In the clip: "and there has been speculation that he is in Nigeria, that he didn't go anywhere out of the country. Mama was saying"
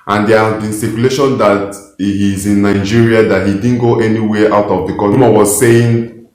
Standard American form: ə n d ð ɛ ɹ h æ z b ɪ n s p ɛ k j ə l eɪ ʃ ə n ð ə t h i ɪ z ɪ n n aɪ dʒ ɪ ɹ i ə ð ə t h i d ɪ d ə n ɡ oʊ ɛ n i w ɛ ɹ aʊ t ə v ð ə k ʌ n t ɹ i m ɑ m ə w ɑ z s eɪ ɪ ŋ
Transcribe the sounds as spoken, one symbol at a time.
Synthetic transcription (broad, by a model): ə n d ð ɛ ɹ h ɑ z b ɪ n s ɛ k j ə l eɪ ʃ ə n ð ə t h i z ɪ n n aɪ dʒ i ɹ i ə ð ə t h i d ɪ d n ɡ oʊ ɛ n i w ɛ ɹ aʊ t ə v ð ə k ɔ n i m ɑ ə w ɑ z s eɪ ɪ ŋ